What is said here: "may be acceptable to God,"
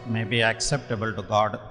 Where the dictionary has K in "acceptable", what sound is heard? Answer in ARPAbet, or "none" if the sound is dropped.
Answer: K